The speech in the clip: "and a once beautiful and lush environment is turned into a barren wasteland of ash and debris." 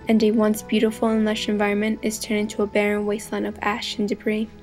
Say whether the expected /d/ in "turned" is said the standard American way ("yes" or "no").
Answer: no